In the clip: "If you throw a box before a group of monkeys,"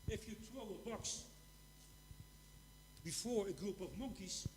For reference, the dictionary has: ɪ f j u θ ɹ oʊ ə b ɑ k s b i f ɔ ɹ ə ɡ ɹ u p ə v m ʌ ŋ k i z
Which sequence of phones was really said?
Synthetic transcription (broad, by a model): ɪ f j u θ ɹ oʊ ə b ɑ k s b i f ɔ ɹ ə ɡ ɹ u p ə v m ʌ ŋ k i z